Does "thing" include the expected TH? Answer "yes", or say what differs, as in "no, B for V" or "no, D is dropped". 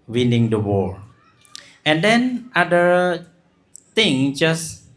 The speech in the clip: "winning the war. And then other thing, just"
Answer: no, T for TH